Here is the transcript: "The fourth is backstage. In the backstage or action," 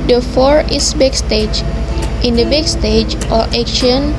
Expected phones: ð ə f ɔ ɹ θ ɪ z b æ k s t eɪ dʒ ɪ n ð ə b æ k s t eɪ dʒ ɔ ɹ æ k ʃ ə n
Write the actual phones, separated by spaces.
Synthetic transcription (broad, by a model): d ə f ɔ ɹ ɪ s b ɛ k s t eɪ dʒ ɪ n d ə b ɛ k s t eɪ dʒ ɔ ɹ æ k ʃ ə n